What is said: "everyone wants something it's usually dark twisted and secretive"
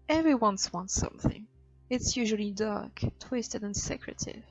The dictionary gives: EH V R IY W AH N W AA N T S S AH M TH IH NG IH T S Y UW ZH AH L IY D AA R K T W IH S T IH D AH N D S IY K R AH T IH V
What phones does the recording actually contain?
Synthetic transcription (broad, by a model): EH V R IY W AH N W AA N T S S AH M TH IH NG IH T S Y UW ZH AH L IY D AA R K T W IH S T IH D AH N S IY K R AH T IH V